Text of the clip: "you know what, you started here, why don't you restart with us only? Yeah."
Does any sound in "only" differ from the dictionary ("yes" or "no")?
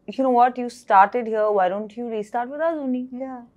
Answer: yes